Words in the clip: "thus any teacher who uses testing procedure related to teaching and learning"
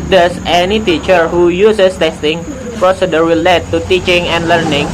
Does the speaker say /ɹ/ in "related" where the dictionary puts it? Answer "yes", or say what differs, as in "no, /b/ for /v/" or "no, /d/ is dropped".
no, /w/ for /ɹ/